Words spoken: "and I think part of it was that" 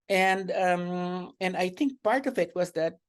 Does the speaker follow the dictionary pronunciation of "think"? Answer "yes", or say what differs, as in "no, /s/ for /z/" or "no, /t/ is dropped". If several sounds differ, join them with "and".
yes